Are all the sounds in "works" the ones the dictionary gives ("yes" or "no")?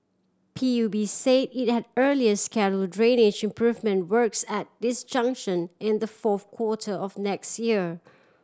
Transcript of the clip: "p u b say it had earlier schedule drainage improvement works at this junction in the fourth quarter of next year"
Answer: yes